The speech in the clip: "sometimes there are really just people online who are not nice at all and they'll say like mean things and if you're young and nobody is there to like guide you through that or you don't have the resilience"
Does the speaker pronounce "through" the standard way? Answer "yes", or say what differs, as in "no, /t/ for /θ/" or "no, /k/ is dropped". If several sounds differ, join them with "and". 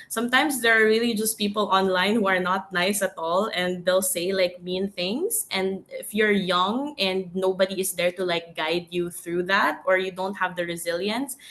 yes